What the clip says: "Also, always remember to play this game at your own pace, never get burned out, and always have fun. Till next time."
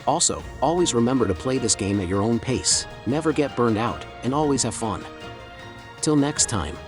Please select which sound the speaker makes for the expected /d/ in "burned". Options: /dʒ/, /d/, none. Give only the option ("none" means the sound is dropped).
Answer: /d/